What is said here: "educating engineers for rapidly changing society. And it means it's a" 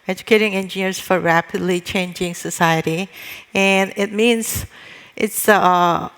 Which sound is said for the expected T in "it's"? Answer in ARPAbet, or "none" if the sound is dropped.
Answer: T